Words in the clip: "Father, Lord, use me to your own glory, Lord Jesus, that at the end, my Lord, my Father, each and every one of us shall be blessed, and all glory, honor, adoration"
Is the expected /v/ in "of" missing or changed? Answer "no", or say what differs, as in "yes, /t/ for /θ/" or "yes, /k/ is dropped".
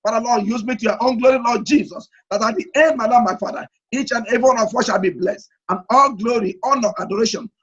yes, /w/ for /v/